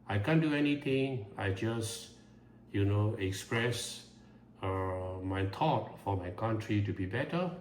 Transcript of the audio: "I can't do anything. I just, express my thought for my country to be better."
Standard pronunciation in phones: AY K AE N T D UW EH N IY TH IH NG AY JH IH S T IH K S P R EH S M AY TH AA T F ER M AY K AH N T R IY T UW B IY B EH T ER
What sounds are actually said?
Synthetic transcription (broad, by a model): AY K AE N D UW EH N IY T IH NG AY JH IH S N IH K S P R EH S M AY T AA T F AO M AY K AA N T R IY T UW B IY B EH T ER